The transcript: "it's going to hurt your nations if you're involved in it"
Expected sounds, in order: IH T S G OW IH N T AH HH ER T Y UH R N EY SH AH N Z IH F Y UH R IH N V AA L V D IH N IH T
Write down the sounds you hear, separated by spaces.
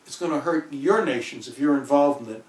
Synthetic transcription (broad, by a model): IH T S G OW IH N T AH HH ER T Y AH R N EY SH AH N Z IH F Y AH R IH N V AA L V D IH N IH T